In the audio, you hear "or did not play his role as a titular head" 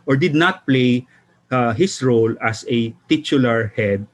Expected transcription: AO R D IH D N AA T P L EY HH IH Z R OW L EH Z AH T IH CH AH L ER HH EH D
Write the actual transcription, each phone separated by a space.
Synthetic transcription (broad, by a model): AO R D IH D N AA T P L EY HH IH S R OW L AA S AH T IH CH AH L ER HH EH D